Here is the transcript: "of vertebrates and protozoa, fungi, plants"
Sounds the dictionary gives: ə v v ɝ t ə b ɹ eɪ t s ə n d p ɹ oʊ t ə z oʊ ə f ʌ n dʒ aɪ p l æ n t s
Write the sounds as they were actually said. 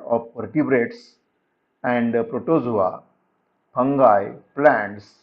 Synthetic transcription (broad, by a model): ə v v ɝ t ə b ɹ eɪ t s ə n d p ɹ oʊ t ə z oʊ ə p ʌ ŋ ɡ aɪ p l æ n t s